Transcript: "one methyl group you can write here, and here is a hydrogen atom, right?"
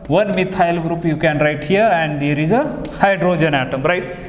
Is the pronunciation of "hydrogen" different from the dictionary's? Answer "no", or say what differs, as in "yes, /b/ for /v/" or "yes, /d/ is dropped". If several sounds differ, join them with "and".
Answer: no